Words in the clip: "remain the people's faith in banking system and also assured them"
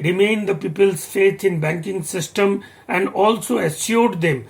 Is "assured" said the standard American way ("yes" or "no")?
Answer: no